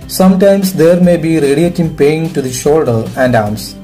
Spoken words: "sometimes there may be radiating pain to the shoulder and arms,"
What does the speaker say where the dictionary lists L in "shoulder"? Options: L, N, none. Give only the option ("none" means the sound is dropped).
L